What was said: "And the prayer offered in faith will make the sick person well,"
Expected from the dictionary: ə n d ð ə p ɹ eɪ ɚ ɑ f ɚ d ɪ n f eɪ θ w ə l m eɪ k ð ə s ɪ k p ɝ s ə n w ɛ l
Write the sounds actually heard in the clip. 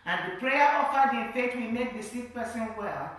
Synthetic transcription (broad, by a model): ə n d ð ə p ɹ eɪ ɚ ɑ f ɚ d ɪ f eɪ t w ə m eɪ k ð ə s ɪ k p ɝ s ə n w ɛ l